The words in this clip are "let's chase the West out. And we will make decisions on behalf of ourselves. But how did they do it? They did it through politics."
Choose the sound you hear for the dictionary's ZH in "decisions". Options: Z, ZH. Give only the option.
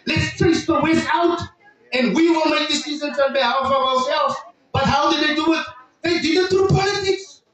Z